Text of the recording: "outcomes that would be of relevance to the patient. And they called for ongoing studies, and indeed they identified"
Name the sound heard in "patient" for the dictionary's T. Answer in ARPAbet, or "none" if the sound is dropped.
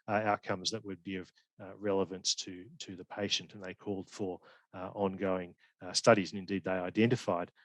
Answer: T